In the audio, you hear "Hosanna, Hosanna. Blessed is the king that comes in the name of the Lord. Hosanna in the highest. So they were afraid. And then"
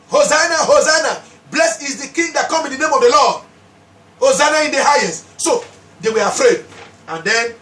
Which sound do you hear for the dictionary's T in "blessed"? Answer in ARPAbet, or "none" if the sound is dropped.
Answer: none